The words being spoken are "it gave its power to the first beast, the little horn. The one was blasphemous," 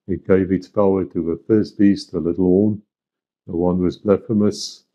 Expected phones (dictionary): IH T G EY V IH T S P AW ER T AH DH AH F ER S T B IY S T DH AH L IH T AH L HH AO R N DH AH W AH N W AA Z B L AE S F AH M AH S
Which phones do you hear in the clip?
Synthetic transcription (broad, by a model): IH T G EY V IH T S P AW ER T AH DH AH F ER S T B IY S T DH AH L IH T L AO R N DH AH W AH N W AA Z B L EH F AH M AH S